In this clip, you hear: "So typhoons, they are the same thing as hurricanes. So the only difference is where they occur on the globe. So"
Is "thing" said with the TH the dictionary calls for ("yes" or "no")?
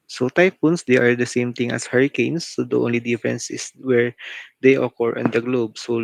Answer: no